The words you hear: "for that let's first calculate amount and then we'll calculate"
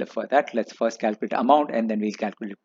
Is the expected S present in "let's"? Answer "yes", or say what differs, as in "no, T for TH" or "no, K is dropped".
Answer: yes